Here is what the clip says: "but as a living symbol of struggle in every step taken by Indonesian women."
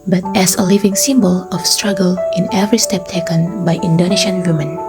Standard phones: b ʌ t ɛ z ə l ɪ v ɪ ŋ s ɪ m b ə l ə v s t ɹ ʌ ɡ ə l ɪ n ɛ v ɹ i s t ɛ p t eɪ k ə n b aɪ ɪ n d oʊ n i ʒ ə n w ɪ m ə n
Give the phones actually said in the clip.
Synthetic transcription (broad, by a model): b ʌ t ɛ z ə l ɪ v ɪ ŋ s ɪ m b ə l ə f s t ɹ ʌ ɡ ə l ɪ n ɛ v ɹ i s t ɛ p t eɪ k ə n b aɪ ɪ n d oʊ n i ʃ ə n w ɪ m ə n